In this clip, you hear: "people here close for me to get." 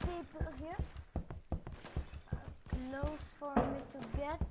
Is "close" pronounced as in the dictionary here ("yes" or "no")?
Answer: yes